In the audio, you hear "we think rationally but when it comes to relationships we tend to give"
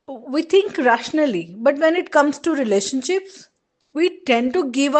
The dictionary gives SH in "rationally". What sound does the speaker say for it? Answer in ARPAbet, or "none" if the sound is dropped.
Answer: SH